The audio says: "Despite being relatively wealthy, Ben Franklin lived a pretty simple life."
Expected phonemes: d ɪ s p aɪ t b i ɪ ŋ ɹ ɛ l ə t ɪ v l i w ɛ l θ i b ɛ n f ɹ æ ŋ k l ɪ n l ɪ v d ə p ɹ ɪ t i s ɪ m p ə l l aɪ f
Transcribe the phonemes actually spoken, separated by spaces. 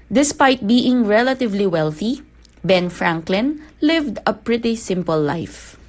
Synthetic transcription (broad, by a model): d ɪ s p aɪ t b i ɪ ŋ ɹ ɛ l ə t ɪ v l i w ɛ l θ i b ɛ n f ɹ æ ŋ k l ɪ n l ɪ v d ə p ɹ ɪ t i s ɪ m p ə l l aɪ f